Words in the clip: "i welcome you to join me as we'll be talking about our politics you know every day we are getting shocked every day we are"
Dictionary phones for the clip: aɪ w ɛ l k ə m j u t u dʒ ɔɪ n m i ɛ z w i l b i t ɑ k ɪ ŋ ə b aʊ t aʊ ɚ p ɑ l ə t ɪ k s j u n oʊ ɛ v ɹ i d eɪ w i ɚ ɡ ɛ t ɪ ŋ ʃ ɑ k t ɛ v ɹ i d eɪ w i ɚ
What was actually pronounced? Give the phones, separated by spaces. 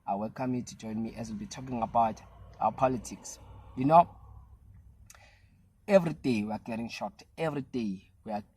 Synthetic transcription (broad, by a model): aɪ w ɛ l k ə m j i t u dʒ ɔɪ n m i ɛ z w i l b i t ɑ k ɪ ŋ ə b aʊ t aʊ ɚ p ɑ l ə t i k s j u n oʊ ɛ v ɹ i d eɪ w i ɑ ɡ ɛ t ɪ ŋ ʃ ɑ t ɛ v ɹ i d eɪ w i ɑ